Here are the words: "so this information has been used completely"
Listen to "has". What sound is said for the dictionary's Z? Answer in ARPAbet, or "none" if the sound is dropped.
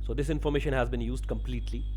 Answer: Z